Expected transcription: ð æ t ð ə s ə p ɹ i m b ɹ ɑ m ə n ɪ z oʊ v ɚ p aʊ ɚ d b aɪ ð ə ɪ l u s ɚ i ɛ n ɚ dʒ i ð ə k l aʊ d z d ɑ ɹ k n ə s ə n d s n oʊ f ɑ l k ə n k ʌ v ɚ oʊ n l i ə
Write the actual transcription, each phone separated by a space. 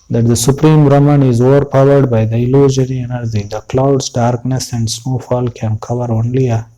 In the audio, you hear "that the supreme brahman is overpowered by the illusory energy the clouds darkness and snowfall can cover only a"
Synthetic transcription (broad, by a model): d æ t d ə s ə p ɹ i m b ɹ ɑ m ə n ɪ z oʊ v ɚ p aʊ ɚ d b aɪ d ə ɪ l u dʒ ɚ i ɛ n ɚ dʒ i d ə k l aʊ d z d ɑ ɹ k n ə s ə n d s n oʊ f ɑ l k ə n k ʌ v ɚ oʊ n l i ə